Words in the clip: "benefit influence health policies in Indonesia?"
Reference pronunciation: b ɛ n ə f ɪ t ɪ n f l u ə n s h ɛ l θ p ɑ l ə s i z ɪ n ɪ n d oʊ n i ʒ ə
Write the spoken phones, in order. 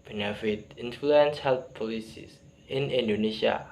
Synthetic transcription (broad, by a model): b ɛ n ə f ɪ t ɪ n f l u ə n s h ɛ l p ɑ l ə s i s ɪ n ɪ n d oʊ n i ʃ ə